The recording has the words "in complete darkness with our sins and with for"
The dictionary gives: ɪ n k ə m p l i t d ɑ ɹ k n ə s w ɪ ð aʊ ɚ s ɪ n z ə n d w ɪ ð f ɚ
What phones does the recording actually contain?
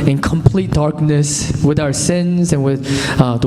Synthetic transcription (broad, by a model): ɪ n k ə m p l i t d ɑ ɹ k n ə s w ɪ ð aʊ ɚ s ɪ n z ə n w ɪ ð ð